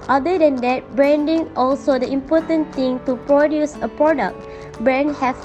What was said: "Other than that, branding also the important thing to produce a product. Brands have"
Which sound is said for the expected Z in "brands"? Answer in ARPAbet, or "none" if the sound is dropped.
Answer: none